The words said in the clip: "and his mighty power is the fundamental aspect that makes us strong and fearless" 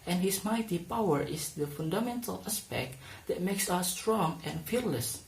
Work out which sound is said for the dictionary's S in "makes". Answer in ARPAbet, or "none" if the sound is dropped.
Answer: S